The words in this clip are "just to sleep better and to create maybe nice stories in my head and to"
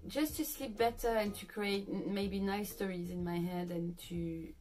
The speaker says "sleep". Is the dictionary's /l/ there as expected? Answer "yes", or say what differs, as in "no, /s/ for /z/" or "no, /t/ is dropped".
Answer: yes